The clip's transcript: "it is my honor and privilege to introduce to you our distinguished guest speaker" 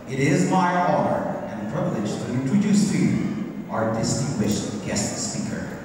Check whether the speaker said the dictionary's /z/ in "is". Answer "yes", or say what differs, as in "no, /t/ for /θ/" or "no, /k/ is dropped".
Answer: yes